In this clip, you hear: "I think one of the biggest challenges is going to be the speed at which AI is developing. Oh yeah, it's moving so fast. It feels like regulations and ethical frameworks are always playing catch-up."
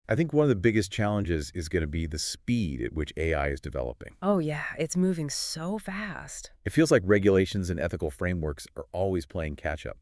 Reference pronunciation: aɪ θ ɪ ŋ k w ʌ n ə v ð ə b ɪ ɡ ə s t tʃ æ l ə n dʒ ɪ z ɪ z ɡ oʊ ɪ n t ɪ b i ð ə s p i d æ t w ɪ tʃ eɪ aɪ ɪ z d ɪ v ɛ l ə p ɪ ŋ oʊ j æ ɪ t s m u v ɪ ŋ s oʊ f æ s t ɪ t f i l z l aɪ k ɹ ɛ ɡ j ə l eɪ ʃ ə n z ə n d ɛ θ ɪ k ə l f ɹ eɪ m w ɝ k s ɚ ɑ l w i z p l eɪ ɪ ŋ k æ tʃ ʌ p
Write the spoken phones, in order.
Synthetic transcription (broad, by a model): aɪ θ ɪ ŋ k w ʌ n ə v ð ə b ɪ ɡ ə s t tʃ æ l ə n dʒ ɪ z ɪ z ɡ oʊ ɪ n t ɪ b i ð ə s p i d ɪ t w ɪ tʃ eɪ aɪ ɪ z d ɪ v ɛ l ə p ɪ ŋ oʊ j æ ɪ t s m u v ɪ ŋ s oʊ f æ s t ɪ t f i l z l aɪ k ɹ ɛ ɡ j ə l eɪ ʃ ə n z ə n ɛ θ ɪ k l f ɹ eɪ m w ɝ k s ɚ ɑ l w i z p l eɪ ɪ ŋ k æ tʃ ʌ p